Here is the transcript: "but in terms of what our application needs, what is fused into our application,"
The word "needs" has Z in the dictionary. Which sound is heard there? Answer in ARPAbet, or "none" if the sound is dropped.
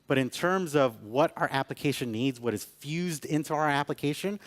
Z